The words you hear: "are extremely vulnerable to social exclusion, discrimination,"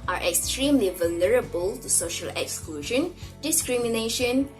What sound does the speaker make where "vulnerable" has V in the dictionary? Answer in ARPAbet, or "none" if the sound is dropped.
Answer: V